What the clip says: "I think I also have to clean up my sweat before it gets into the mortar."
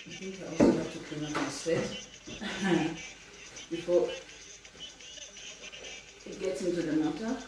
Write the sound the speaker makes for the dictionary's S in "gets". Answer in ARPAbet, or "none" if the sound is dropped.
S